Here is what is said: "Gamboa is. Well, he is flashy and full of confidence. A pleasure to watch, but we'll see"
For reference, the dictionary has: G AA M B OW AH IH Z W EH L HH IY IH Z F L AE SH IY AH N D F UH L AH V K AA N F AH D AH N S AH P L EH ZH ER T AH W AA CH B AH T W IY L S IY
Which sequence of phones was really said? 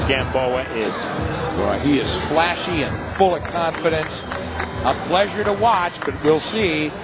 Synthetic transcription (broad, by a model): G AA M B OW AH IH Z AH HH IY IH Z F L AE SH IY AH N F UH L AH V K AA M F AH D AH N S AH P L EH ZH ER T AH W AA CH B AH T W IY L S IY